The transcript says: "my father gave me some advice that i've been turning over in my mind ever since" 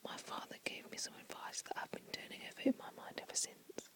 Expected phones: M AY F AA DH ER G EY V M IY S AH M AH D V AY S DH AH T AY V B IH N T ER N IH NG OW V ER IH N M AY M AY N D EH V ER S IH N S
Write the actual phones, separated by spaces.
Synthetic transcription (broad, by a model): M AY F AA DH ER G EY V M IY S AH M AH D V AY S DH AH T AY V B IH N T ER N IH NG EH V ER IH N M AY M AY N D EH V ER S IH N S